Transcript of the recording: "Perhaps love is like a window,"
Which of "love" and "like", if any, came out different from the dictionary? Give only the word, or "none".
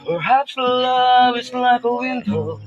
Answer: none